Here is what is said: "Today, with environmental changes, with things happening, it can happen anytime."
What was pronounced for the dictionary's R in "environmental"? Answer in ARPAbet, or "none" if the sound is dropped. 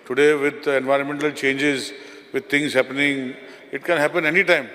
R